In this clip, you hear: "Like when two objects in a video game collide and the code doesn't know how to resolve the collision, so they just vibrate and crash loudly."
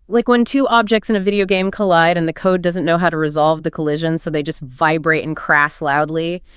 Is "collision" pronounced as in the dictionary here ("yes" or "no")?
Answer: yes